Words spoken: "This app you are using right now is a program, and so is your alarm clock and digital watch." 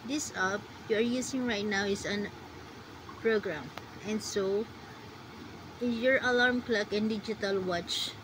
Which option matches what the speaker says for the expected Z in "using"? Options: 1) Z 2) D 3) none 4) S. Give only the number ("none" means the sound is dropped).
4